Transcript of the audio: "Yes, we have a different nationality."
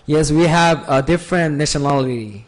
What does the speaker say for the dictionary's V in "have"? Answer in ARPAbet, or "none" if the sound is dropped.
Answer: V